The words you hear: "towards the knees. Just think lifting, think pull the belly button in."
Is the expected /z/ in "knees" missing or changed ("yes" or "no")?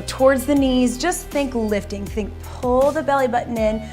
no